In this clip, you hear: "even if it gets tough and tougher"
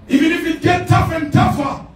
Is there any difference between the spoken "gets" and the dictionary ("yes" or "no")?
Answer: yes